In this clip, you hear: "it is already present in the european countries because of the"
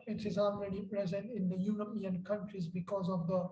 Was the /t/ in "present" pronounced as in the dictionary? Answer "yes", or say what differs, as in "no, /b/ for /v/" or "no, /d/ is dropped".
yes